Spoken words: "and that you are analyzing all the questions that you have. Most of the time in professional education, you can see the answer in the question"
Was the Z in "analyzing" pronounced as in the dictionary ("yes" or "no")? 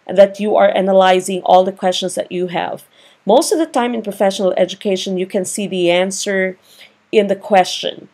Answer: yes